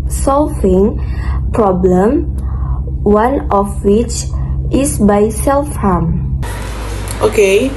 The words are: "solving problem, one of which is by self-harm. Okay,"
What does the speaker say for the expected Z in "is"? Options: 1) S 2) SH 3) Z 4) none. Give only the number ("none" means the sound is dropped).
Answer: 1